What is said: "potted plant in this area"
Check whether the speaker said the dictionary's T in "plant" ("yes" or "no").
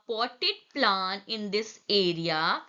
no